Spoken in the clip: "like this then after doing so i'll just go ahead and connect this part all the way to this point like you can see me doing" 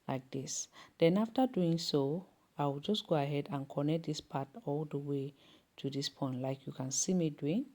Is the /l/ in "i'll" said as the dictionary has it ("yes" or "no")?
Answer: no